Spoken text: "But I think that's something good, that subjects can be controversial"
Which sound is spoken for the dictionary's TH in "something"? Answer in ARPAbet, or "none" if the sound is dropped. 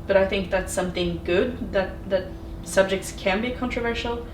TH